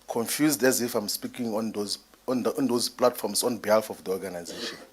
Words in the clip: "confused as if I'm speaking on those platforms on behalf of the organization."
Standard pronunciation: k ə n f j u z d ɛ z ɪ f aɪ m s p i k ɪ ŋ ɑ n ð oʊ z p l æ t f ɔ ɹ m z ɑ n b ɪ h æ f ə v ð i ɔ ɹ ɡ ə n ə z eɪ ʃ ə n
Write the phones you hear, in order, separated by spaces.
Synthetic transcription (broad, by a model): k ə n f j u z d ɛ z ɪ f aɪ m s p i k ɪ ŋ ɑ n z oʊ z p l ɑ t f ɔ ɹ m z ɑ n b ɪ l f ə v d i ɔ ɹ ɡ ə n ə z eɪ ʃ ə n